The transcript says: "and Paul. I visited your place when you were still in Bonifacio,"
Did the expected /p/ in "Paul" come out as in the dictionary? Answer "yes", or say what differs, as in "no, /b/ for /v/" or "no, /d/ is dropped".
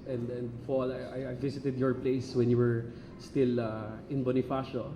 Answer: no, /f/ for /p/